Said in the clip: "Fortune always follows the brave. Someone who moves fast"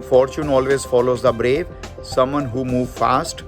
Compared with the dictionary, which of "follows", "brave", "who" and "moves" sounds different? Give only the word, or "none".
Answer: moves